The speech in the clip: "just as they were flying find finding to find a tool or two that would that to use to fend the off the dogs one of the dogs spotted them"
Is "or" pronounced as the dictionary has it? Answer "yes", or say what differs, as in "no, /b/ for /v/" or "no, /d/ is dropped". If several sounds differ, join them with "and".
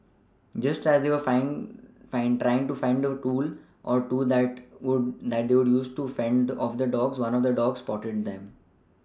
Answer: yes